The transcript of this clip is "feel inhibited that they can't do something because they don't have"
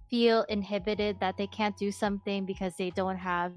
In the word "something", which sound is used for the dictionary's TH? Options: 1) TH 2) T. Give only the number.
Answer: 1